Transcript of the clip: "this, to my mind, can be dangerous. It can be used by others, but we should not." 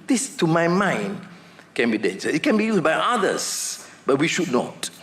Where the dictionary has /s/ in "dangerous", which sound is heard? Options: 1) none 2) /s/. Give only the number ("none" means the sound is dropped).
1